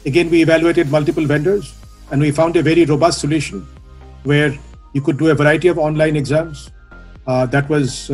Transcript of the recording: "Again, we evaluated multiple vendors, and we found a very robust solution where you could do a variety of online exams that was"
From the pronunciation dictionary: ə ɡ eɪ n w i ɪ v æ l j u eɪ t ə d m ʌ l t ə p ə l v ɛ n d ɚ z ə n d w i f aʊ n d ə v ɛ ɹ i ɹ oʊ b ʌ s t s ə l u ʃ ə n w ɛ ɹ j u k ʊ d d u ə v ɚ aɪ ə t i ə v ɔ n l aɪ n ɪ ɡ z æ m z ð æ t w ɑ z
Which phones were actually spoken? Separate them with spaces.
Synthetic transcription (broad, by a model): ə ɡ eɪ n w i ɪ v æ l j u eɪ t ə d m ʌ l t ə p ə l v ɛ n d ɚ z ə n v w i f aʊ n d ə v ɛ ɹ i ɹ oʊ b ʌ s t s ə l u ʃ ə n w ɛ ɹ j u k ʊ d d u ə v ɚ aɪ ə t i ə v ɔ n l aɪ n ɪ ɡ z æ m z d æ t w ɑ z